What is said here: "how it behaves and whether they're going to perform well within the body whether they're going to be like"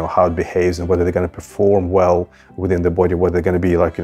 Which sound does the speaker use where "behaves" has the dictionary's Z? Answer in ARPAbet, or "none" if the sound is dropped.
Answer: Z